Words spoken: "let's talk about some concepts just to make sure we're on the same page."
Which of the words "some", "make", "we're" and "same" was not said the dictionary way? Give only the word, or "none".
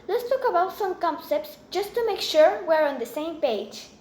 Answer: none